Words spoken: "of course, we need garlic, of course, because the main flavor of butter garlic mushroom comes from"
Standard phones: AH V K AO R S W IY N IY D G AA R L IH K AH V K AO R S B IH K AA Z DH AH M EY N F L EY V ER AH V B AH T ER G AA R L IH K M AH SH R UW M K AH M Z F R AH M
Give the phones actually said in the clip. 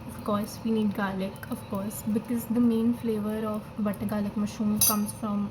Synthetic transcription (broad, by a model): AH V K AO R S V IY N IY D G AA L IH K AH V K AO R S B IH K AA Z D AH M EY N F L EY V ER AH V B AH T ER G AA L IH K M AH SH UW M K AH M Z F R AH M